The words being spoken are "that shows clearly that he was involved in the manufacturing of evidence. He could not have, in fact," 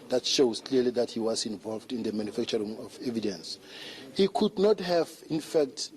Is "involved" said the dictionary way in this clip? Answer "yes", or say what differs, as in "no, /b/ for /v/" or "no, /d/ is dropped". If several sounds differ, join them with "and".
yes